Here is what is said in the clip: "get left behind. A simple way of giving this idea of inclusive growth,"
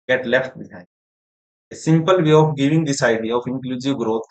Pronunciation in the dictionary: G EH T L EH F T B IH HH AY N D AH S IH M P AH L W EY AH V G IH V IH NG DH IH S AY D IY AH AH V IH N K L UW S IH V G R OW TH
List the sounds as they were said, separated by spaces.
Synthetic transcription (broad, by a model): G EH T L EH F T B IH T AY D AH S IH M P AH L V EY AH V G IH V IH NG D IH S AY D IY AH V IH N K L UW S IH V G R OW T